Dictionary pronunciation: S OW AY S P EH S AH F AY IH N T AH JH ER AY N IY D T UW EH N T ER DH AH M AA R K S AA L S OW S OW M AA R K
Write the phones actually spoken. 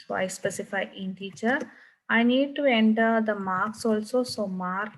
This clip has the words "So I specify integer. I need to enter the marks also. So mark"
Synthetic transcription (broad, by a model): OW AY S P EH S AH F AY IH N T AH CH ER AY N IY D T UW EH N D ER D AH M AA R K S AA L S OW S OW M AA R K